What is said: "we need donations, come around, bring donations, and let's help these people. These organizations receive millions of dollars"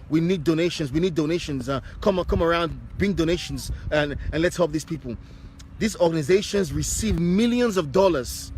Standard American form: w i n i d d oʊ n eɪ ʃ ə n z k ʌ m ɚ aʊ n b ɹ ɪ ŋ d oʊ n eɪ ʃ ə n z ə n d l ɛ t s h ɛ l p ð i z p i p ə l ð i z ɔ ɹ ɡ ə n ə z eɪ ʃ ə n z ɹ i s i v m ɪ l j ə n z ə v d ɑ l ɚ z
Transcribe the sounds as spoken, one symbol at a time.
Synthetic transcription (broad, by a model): w i n i d d oʊ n eɪ ʃ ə n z k ʌ m ɚ aʊ n b ɹ ɪ ŋ d oʊ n eɪ ʃ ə n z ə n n l ɛ t s h ɛ l p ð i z p i p ə l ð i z ɔ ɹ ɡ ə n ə z eɪ ʃ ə n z ɹ i s i v m ɪ l j ə n z ə v d ɑ l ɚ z